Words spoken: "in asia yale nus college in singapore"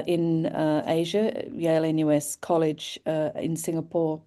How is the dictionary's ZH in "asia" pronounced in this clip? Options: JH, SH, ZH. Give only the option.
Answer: ZH